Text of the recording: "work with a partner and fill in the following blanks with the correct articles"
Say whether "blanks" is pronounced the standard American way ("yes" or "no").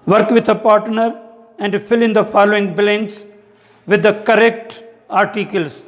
no